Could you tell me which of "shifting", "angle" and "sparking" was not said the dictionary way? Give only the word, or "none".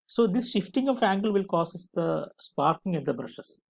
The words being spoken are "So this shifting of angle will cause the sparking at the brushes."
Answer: none